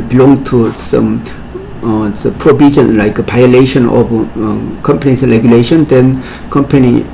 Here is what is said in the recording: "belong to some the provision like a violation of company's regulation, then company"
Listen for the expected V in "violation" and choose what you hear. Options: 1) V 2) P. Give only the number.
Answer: 2